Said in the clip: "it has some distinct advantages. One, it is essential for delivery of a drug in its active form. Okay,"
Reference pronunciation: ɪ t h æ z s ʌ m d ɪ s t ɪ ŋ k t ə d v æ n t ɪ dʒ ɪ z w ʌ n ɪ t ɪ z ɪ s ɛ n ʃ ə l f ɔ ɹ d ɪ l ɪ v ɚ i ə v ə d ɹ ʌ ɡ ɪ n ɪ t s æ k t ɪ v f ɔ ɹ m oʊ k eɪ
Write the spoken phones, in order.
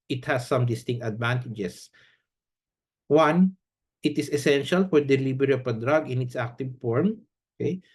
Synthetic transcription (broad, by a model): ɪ t h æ s ʌ m d ɪ s t ɪ ŋ k t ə d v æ n t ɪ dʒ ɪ s w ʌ n ɪ t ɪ s ɪ s ɛ n ʃ ə l f ɔ ɹ d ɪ l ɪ b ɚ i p ə d ɹ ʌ ɡ ɪ n ɪ t s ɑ k t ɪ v f ɔ ɹ m oʊ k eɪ